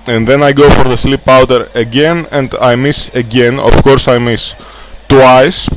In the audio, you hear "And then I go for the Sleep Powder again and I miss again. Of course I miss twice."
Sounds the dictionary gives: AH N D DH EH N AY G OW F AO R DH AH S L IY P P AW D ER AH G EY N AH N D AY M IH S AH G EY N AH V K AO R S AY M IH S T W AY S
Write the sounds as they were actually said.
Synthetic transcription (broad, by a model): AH N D DH EH N AY G OW F AO R DH AH S L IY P P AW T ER AH G EY N AH N D AY M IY S AH G EY N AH F K AO R S AY M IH S T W AY S